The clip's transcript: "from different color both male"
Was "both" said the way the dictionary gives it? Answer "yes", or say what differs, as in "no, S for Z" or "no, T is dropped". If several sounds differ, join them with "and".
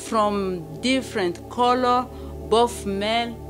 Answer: no, F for TH